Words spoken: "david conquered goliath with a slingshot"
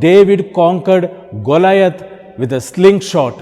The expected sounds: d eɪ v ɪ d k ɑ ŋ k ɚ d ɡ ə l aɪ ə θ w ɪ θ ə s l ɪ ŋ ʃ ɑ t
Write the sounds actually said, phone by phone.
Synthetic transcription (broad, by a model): d eɪ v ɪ d k ɑ ŋ k ɚ d ɡ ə l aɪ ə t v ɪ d ə s l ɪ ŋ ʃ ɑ t